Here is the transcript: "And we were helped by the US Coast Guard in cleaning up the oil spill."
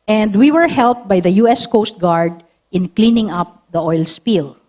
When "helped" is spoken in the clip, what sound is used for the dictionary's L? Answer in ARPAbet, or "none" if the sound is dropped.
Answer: L